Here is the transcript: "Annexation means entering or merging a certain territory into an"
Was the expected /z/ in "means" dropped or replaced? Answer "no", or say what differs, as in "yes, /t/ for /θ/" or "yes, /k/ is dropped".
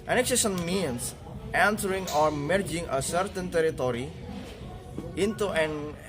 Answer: yes, /s/ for /z/